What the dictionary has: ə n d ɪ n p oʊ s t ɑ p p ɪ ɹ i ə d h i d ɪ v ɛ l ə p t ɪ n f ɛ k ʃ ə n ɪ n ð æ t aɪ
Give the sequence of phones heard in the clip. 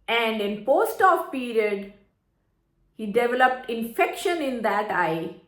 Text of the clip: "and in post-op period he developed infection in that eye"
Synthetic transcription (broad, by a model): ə n d ɪ n p oʊ s t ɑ f p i ɹ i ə d h i d ɪ v ɛ l ə p t ɪ n f ɛ k ʃ ə n ɪ n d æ t aɪ